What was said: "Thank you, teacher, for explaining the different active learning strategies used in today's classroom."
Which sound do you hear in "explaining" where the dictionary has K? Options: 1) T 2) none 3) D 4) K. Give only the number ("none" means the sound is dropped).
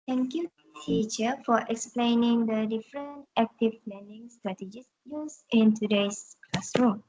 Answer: 4